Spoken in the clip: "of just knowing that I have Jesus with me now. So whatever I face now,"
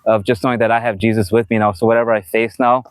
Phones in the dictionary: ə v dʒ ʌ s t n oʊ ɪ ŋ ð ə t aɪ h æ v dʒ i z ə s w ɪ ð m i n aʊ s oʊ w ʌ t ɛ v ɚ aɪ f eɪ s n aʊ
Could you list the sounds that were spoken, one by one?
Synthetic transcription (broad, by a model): ə v dʒ ʌ s t n oʊ ɪ ŋ ð ə t aɪ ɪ v dʒ i z ə s w ɪ ð m i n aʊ s oʊ w ʌ t ɛ v ɚ aɪ f eɪ s n aʊ